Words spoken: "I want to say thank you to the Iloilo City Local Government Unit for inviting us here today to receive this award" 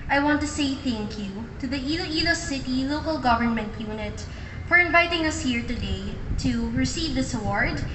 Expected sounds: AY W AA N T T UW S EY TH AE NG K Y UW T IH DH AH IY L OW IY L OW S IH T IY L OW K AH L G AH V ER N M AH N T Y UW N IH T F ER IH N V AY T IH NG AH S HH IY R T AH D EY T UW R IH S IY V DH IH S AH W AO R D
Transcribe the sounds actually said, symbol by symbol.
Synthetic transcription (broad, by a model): AY W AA N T T UW S EY TH AE NG K Y UW T IH DH AH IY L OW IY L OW S IH T IY L OW K AH L G AH V ER N M AH N T Y UW N IH T P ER IH N V AY T IH NG AH S HH IY R T AH D EY T UW R IH S IY V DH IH S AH W AO R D